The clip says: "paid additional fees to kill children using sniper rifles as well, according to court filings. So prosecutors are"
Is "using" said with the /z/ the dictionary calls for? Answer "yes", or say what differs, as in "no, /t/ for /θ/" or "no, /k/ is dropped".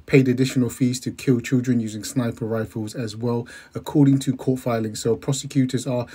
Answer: yes